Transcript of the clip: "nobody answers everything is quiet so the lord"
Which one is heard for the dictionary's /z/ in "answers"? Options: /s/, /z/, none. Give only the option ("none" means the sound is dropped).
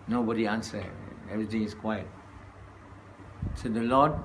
none